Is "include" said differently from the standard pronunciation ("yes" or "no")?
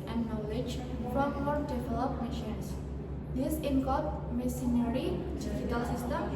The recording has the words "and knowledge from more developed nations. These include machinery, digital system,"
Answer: yes